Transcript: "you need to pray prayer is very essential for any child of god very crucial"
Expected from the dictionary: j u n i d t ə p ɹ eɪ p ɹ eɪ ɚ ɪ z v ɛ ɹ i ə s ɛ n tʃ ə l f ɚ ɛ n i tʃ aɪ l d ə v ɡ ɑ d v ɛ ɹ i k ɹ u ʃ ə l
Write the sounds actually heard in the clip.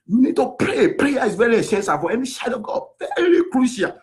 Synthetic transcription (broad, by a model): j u n i d t ə p ɹ eɪ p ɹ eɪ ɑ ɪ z v ɛ ɹ i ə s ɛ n s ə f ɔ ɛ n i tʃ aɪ d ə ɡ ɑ v ɛ ɹ i k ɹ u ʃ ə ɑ